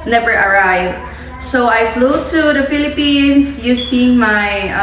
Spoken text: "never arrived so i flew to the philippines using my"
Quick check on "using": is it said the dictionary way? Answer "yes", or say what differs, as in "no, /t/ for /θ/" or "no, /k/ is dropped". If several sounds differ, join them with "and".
no, /s/ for /z/